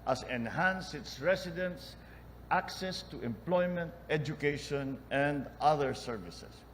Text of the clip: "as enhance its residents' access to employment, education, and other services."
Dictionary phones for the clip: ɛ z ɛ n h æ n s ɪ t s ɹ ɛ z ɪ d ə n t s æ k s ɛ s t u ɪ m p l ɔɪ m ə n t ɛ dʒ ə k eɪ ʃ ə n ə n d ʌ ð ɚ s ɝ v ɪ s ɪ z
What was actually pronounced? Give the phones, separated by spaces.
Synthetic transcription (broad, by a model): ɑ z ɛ n h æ n s ɪ t s ɹ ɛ s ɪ d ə n t s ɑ k s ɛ s t u ɪ m p l ɔɪ m ə n t ɛ dʒ ə k eɪ ʃ ə n ə n d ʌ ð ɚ s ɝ v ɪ s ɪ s